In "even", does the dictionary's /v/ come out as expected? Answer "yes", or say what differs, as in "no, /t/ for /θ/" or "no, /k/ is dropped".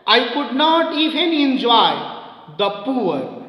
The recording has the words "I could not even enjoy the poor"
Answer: no, /p/ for /v/